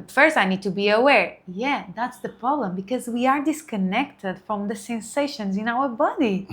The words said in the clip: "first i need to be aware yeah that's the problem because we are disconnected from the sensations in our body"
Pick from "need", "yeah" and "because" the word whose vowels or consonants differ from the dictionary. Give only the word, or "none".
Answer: none